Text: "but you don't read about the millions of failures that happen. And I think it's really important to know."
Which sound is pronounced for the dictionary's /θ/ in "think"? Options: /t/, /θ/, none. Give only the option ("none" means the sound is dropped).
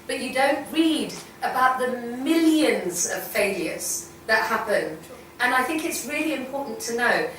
/θ/